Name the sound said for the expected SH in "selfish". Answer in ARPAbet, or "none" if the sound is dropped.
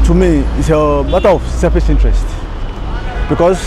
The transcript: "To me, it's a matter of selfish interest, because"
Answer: S